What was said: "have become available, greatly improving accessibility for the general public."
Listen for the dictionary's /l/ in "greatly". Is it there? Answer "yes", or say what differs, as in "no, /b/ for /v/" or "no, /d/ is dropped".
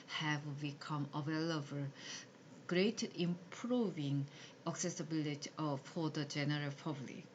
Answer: no, /l/ is dropped